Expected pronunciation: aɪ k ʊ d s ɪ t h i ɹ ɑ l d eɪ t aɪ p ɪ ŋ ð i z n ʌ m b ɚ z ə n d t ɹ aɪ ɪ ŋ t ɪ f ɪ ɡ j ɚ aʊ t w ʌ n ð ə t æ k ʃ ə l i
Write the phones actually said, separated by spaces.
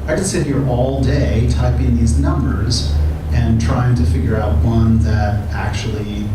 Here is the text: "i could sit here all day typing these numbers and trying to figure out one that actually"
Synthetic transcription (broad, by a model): aɪ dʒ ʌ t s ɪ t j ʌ ɹ ɑ l d eɪ t aɪ p ɪ ŋ ð i z n ʌ m b ɚ z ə n t ɹ aɪ ɪ ŋ t ɪ f ɪ ɡ j ɚ aʊ t w ʌ n ð ə t æ k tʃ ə l i